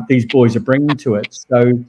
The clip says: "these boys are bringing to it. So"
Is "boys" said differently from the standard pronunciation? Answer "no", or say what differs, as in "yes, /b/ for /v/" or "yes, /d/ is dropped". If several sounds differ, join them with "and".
no